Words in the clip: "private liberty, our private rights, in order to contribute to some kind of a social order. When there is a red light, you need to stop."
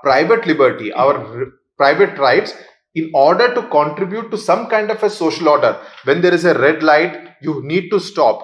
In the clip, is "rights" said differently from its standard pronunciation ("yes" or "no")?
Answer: no